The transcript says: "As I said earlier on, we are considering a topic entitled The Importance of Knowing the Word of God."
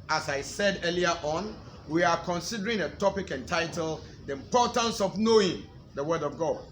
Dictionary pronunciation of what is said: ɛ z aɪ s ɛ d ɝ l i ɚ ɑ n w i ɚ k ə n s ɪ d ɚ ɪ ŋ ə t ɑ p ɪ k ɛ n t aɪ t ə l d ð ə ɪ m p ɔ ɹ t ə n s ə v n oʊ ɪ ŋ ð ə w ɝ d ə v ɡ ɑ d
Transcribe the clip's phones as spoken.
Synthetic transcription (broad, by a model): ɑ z aɪ s ɛ d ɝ l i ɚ ɑ n w i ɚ k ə n s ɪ d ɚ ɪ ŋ ə t ɑ p ɪ k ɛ n t aɪ t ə l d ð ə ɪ m p ɔ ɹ t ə n s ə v n oʊ ɪ ŋ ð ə w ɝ d ə v ɡ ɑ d